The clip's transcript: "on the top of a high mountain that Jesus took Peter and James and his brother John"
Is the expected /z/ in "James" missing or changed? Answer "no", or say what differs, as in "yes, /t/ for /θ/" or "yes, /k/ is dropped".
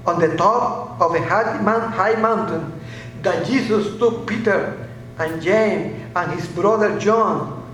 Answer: yes, /z/ is dropped